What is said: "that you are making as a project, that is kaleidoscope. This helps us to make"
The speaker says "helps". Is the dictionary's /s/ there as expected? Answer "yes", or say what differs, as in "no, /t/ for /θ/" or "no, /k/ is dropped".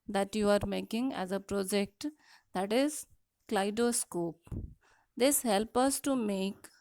no, /s/ is dropped